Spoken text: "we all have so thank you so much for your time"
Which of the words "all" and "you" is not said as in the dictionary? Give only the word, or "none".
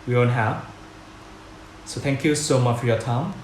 all